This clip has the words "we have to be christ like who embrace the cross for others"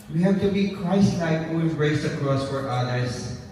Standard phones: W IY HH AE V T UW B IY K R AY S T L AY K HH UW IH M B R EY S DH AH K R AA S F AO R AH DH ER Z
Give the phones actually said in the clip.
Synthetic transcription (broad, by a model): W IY HH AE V T UW B IY K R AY S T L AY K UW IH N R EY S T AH K R AA S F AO R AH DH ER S